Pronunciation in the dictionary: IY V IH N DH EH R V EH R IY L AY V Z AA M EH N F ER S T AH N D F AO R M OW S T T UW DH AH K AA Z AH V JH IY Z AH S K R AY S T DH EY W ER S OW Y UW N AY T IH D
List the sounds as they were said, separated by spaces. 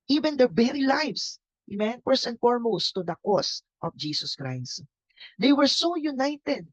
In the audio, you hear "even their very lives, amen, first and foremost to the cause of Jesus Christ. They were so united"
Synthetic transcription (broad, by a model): IY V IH N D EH R B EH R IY L AY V S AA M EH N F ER S AH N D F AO R M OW S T T UW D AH K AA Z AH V JH IY S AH S K R AY S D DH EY W ER S OW Y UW N AY T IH D